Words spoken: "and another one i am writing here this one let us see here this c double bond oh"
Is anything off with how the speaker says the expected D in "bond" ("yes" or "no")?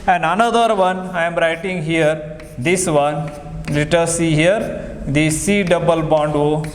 no